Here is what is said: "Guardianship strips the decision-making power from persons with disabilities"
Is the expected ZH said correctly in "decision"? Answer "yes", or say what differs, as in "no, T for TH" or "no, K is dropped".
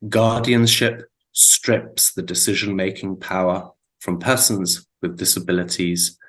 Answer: yes